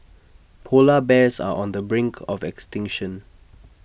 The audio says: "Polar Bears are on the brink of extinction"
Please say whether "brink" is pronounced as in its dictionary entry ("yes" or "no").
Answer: yes